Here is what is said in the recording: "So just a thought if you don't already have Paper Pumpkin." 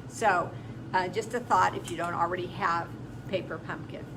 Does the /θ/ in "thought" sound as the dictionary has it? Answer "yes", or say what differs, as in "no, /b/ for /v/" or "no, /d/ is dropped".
yes